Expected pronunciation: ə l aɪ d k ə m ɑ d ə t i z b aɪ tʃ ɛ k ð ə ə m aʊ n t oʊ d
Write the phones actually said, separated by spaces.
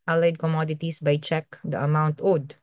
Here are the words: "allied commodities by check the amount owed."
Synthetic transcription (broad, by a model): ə l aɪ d k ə m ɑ d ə t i s b aɪ tʃ ɛ k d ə ə m aʊ n t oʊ d